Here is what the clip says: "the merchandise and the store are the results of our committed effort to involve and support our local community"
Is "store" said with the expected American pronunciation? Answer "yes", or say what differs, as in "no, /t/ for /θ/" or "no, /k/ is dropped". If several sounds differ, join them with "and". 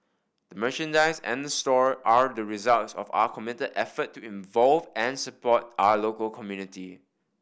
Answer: yes